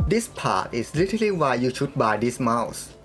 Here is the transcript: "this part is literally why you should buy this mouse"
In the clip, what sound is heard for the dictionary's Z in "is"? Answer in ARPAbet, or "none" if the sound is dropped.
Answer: S